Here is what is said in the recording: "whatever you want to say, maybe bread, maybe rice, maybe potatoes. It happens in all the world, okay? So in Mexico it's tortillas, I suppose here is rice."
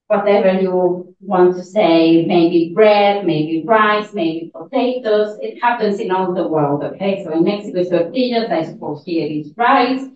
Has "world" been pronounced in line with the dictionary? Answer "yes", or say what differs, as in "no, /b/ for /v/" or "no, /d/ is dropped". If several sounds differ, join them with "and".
yes